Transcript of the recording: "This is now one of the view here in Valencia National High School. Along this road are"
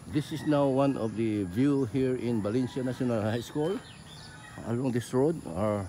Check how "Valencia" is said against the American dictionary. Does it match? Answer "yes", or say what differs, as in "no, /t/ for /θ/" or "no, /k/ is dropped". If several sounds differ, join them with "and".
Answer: no, /b/ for /v/